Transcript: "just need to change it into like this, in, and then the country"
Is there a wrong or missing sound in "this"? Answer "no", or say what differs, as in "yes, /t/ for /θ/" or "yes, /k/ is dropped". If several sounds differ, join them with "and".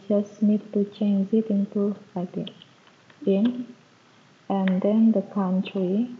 yes, /s/ is dropped